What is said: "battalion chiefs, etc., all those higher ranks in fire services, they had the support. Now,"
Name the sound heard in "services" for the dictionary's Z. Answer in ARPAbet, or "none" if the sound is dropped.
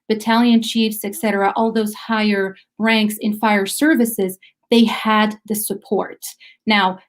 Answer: Z